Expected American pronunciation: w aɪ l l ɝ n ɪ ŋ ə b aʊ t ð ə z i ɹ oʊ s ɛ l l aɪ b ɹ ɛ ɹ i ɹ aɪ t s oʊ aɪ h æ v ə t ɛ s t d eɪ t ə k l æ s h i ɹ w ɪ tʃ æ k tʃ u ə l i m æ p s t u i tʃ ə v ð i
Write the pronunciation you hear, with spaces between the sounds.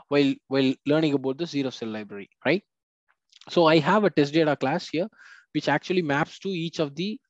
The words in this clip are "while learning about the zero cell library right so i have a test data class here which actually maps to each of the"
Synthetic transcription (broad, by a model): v aɪ l l ɝ n ɪ ŋ ə b aʊ t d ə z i ɹ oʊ s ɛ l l aɪ b ɹ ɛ ɹ i ɹ aɪ t s oʊ aɪ h æ v ə t ɛ s t d eɪ t ə k l æ s h i ɹ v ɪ tʃ æ k tʃ u ə l i m æ p s t u i tʃ ə v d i